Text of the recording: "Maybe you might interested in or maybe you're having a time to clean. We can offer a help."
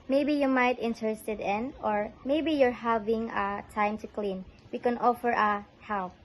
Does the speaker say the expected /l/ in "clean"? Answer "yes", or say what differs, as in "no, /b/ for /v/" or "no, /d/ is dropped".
yes